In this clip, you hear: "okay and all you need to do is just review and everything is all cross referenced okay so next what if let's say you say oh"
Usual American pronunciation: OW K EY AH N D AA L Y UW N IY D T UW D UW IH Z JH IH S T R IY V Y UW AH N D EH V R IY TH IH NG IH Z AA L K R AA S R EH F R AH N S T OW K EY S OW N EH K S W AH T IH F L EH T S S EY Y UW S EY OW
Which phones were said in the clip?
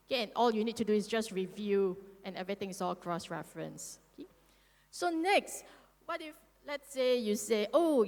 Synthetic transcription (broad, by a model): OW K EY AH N AA L Y UW N IY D T UW D UW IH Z JH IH S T R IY V Y UW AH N EH V R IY T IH NG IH S AA L K R AA S R EH F R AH N S OW K EY S OW N EH K S W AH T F L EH T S S EY Y UW S EY OW